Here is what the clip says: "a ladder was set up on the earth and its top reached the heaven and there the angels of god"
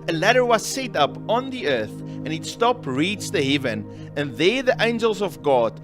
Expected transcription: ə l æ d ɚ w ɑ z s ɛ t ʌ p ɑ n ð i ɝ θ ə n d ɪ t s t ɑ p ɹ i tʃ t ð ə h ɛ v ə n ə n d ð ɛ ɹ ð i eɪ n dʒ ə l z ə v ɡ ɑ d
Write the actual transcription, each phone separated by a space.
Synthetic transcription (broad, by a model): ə l æ d ɚ w ɑ z s ɛ t ʌ p ɑ n ð i ɝ θ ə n ɪ t s t ɑ p ɹ i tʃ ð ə h ɛ v ə n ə n ð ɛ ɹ ð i eɪ n dʒ ə l z ə v ɡ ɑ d